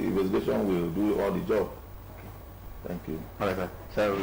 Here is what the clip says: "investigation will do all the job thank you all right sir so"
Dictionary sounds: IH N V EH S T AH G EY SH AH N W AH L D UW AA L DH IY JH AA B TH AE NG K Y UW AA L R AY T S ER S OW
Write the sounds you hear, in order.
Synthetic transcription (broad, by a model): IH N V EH S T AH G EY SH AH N W AH L D UW AA L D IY JH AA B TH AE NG K Y UW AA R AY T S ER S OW